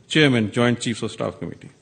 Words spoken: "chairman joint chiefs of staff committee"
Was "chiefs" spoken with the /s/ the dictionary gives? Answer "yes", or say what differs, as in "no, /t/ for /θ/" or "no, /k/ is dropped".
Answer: yes